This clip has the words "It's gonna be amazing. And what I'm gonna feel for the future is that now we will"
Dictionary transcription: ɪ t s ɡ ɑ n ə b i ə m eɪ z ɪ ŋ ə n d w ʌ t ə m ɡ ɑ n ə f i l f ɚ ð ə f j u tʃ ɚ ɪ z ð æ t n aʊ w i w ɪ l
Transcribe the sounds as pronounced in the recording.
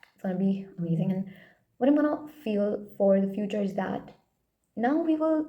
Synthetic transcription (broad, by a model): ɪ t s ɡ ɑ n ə b i ə m eɪ z ɪ ŋ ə n w ʌ t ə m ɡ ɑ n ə f i l f ɚ ð ə f j u tʃ ɚ ɪ z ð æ t n aʊ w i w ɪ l